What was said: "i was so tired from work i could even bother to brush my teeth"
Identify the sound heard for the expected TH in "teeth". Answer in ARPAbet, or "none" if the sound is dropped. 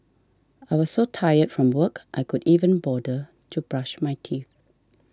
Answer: TH